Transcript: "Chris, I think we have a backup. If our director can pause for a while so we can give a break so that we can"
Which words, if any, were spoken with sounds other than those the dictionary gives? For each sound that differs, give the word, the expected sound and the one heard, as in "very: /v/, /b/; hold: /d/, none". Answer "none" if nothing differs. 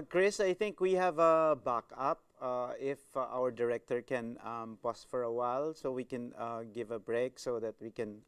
think: /θ/, /t/; pause: /z/, /s/